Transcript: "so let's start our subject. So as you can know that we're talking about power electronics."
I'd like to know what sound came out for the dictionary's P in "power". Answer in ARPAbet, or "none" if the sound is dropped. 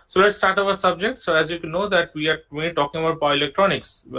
B